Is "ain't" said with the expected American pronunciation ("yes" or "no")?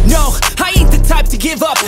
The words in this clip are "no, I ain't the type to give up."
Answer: no